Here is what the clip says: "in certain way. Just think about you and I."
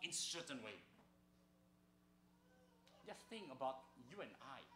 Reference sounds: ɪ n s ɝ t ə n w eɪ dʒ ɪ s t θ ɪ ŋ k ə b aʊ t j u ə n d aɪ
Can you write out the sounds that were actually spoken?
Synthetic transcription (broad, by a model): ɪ n s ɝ t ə n w eɪ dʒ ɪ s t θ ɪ ŋ ə b aʊ t j u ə n aɪ